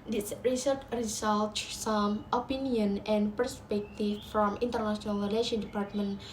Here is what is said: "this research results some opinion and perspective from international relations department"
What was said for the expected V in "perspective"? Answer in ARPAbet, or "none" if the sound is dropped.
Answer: F